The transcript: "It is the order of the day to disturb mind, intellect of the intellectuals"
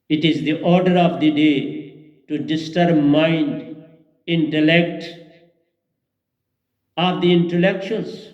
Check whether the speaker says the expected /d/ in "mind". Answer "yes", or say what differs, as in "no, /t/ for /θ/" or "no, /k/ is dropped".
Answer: yes